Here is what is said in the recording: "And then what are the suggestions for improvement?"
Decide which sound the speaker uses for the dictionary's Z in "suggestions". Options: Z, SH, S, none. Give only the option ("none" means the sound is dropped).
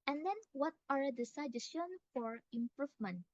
none